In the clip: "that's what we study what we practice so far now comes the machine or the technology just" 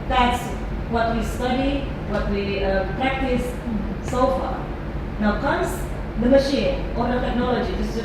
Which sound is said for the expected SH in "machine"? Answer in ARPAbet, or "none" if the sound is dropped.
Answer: SH